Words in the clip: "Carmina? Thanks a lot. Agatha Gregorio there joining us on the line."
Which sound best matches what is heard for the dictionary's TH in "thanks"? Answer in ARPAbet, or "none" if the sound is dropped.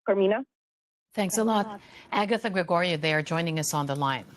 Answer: TH